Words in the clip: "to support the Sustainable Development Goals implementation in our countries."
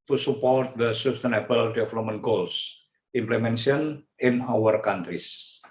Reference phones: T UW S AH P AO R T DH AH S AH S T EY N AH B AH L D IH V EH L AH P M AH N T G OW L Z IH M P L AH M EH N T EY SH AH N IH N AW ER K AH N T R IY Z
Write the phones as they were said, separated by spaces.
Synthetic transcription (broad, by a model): T UW S AH P AO R T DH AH S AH S T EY N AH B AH L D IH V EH L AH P M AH N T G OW L S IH M P L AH M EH N S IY AH N IH N AW ER K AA N T R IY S